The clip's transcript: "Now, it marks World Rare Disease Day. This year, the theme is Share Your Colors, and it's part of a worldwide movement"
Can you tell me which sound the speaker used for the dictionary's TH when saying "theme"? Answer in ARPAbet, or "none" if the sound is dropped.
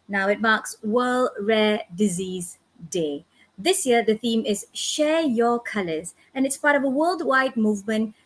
TH